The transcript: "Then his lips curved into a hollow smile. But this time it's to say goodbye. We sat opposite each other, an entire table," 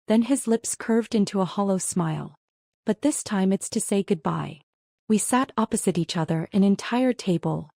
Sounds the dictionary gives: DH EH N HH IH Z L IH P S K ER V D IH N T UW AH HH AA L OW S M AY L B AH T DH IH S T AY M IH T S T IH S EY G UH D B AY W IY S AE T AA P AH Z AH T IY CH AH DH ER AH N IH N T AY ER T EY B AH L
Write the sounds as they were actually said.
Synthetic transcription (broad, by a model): DH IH N IH Z L IH P S K ER V D IH N T UW AH HH AA L OW S M AY L B AH T DH IH S T AY M IH T S T IH S EY G UH D B AY W IY S AE T AA P AH Z AH T IY CH AH DH ER AH N IH N T AY ER T EY B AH L